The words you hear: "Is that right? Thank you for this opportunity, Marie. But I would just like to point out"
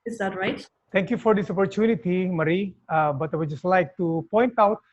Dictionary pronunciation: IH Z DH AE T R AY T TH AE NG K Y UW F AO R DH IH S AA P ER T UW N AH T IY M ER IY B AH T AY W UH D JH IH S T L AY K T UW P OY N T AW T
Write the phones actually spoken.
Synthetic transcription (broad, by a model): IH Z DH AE T R AY T T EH NG K Y UW F AO R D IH S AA P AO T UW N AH T IY M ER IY B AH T AY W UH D JH IH S T L AY K T UW P OY N T AW T